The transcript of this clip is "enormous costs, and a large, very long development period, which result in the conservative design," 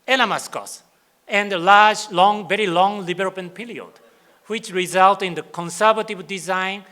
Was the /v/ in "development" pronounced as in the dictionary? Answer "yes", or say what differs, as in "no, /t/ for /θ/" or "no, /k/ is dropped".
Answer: no, /b/ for /v/